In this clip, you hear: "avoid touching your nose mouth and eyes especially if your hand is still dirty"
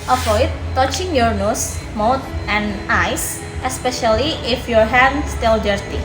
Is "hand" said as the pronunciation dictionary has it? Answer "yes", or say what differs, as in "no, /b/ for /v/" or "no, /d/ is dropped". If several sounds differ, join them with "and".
no, /n/ is dropped